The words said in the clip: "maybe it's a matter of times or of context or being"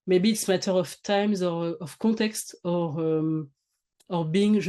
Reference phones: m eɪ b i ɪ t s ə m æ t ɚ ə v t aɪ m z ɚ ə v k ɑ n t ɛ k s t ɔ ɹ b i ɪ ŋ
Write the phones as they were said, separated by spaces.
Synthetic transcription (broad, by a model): m eɪ b i t s m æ t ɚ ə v t aɪ m z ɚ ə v k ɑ t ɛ k s t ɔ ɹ b i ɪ ŋ